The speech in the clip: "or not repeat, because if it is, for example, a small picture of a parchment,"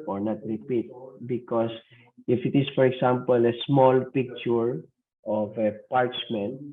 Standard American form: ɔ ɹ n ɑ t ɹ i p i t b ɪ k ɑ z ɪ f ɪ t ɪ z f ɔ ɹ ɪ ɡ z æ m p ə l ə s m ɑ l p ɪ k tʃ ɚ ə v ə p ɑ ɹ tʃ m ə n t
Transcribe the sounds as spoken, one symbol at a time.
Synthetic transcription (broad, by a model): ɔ ɹ n ɑ t ɹ i p i t b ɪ k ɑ s ɪ f ɪ t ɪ s f ɔ ɹ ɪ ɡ s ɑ m p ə l ə s m ɑ l p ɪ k tʃ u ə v ə p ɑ ɹ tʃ m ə n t